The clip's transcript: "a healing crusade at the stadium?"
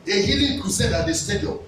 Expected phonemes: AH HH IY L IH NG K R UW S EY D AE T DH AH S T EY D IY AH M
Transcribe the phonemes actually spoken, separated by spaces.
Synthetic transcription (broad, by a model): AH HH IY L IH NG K UW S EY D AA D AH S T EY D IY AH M